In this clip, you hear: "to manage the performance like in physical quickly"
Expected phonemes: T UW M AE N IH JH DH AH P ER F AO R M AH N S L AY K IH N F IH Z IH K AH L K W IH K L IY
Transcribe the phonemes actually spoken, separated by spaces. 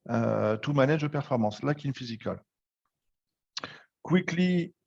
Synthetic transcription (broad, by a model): T UW M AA N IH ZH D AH P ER F AO R M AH S L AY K IH N F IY Z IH K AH L K W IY K L IY